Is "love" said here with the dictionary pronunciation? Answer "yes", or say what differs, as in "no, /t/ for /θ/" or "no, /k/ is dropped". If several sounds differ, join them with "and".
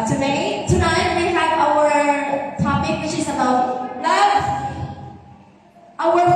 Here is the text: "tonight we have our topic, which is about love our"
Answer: no, /v/ is dropped